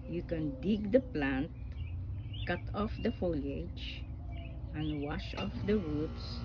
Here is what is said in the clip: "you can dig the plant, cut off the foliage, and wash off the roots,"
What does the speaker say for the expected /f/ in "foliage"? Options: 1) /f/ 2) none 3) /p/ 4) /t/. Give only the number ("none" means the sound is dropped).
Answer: 1